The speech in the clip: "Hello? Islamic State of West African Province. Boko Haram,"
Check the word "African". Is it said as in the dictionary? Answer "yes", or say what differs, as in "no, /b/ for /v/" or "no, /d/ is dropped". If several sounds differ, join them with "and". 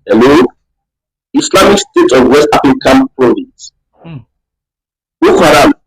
no, /ɹ/ is dropped